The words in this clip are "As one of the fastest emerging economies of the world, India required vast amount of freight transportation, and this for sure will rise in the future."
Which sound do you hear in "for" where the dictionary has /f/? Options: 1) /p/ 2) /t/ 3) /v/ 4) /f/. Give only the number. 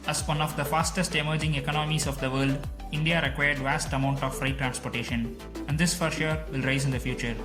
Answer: 4